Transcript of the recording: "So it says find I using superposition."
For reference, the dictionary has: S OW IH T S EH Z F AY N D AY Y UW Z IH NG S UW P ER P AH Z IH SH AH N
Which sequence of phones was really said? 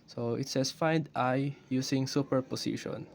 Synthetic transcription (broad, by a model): S OW IH T S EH S F AY N D AY Y UW S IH NG S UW P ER P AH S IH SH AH N